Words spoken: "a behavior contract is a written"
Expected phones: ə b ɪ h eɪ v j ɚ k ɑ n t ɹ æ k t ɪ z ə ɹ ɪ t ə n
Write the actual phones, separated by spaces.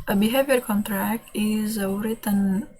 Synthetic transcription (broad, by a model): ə b ɪ h eɪ v j ɚ k ɑ n t ɹ æ k t ɪ z ə ɹ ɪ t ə n